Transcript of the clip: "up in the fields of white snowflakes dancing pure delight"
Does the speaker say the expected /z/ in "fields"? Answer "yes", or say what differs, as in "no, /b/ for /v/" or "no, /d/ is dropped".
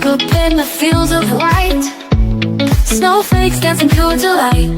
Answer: yes